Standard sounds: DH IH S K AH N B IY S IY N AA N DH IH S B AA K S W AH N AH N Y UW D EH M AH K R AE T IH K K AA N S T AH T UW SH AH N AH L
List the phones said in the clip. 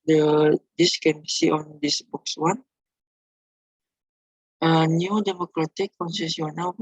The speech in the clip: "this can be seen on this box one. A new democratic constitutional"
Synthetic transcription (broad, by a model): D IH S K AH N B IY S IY AA N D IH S B AA K S W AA N AH N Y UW D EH M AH K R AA T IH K K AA N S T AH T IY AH N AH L